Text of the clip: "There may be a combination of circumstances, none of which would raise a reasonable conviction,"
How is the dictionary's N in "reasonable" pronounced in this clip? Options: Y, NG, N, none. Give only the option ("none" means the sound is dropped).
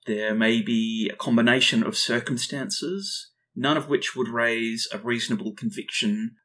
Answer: N